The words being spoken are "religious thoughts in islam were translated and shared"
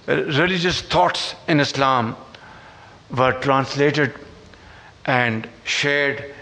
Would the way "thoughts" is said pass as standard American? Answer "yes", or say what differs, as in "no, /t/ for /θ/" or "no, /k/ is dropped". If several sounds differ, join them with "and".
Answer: no, /t/ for /θ/